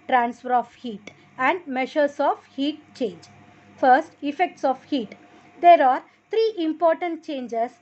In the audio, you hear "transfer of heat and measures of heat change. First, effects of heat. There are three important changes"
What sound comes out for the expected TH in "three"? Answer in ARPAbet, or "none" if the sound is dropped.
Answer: T